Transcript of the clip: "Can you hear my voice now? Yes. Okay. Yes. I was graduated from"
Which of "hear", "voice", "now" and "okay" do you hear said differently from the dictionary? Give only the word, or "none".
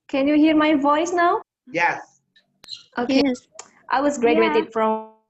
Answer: none